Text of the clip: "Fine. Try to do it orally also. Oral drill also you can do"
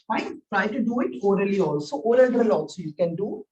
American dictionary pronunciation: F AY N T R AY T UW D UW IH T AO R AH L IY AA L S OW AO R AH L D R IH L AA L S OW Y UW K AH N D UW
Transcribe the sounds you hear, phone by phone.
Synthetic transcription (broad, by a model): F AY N T R AY T UW D UW IH T AO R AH L IY AA L S OW AO L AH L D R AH L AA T S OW Y UW K AH N D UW